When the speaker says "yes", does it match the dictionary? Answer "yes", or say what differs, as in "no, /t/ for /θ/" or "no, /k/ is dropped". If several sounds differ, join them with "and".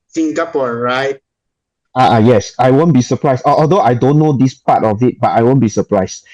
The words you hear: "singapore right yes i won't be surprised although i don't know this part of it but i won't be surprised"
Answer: yes